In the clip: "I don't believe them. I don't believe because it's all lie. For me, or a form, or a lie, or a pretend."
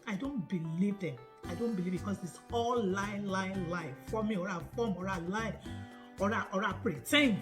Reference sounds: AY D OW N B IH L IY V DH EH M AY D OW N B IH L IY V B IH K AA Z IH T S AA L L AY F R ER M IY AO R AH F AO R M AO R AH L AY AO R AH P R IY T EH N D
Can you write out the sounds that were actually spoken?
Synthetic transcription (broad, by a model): AY D OW N B IH L IY V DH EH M AY D OW N B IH L IY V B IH K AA S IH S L AA L L AY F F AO M IY AO R AH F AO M AO R AH L AY AO R AH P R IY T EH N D